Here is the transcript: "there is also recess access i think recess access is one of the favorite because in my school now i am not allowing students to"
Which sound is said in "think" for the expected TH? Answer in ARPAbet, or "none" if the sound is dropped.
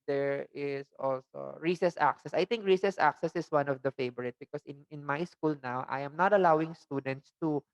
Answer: T